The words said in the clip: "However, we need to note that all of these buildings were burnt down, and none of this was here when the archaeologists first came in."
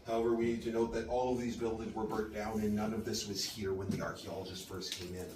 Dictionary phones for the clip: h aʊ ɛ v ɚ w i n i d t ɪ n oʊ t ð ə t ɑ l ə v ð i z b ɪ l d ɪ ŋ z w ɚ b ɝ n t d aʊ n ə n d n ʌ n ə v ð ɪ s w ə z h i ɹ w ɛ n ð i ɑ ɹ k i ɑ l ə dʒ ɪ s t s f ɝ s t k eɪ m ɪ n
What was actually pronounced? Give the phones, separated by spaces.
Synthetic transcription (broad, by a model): h aʊ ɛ v ɚ w i n i d t ɪ n oʊ t ð ə t ɑ l ə v ð i z b ɪ l d ɪ ŋ z w ɚ b ɝ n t d aʊ n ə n n ʌ n ə v ð ɪ s w ə z h i ɹ w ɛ n ð i ɑ ɹ k i ɑ l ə dʒ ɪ s t f ɝ s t k eɪ m ɪ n